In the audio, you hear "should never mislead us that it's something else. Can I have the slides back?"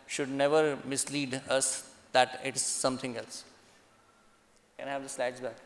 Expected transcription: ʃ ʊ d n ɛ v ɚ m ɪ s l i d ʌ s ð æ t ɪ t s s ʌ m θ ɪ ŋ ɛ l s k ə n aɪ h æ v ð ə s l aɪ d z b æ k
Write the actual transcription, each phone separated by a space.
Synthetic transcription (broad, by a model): ʃ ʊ d n ɛ v ɚ m ɪ s l i d ʌ s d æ t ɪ t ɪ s ʌ m t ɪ ŋ ɛ l s k ə n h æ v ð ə s l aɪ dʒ b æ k